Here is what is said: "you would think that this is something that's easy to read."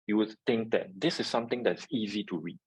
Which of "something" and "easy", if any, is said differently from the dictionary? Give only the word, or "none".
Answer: something